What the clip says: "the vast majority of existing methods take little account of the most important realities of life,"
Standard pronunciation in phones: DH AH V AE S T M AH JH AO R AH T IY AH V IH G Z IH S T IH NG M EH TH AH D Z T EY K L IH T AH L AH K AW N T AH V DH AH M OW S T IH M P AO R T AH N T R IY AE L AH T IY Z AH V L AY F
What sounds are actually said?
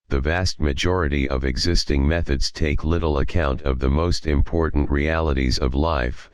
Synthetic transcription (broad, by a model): DH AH V AE S T M AH JH AO R AH T IY AH V IH G Z IH S T IH NG M EH TH AH D Z T EY K L IH T L AH K AW N T AH V DH AH M OW S T IH M P AO R T N T R IY AE L AH T IY Z AH V L AY F